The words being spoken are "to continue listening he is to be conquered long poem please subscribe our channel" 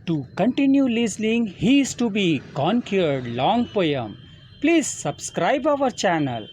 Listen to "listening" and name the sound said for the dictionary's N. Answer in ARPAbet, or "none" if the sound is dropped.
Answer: L